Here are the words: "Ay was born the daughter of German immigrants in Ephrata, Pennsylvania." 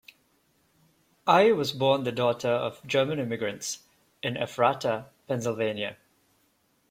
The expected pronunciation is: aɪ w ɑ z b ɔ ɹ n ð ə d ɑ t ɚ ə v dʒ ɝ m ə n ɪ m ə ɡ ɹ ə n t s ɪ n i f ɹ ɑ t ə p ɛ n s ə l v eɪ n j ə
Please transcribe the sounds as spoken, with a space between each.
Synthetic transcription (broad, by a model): aɪ w ɑ z b ɔ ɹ n ð ə d ɑ t ɚ ə v dʒ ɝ m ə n ɪ m ə ɡ ɹ ə n t s ɪ n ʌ f ɹ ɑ t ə p ɛ n s ə l v eɪ n j ə